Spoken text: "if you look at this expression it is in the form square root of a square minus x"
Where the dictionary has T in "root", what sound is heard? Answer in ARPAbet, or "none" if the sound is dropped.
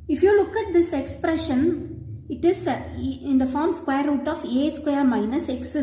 T